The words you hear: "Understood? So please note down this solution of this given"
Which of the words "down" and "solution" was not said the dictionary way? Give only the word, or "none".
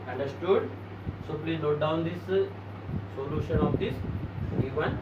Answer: none